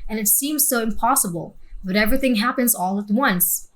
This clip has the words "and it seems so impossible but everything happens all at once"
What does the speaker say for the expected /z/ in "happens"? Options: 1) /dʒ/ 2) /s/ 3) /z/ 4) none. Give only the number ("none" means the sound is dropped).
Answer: 3